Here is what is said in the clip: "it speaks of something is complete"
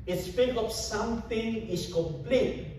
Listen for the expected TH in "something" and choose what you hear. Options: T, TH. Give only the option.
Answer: T